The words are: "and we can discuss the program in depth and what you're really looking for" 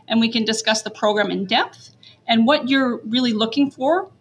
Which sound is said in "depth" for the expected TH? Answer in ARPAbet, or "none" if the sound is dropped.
TH